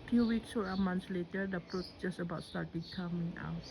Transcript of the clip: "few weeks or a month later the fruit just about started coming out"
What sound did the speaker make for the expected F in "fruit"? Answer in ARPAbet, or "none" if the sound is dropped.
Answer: P